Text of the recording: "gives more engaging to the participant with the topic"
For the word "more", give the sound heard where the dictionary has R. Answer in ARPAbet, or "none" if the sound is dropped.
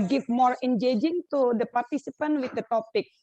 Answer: R